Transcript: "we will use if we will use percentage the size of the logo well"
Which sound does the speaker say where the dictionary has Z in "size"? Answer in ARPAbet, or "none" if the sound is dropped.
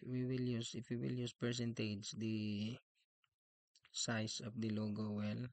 S